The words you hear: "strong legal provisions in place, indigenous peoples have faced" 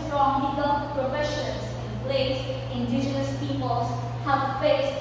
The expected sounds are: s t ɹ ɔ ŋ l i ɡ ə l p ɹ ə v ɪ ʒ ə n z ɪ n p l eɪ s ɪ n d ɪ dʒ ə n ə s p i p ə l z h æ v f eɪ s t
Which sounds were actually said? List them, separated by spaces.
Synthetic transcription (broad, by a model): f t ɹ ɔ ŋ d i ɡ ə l p ɹ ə f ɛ ʃ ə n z ɪ n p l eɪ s ɪ n d ɪ dʒ ə n ə s p i p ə l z h æ v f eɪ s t